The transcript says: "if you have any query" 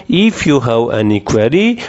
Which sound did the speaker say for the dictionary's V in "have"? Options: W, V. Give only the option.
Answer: W